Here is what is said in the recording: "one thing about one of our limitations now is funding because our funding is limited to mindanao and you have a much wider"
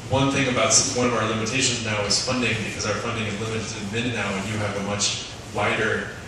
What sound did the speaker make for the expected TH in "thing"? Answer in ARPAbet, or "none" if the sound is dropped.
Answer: TH